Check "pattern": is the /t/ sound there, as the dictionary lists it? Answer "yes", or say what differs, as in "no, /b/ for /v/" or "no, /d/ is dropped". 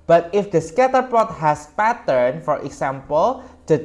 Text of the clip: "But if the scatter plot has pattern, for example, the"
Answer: yes